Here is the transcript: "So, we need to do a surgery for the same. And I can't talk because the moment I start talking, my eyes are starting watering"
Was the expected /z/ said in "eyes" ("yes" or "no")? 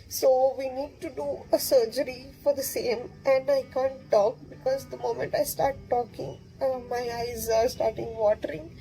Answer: yes